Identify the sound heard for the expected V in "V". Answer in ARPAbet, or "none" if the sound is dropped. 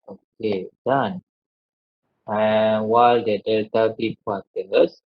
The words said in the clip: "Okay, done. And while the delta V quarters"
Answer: B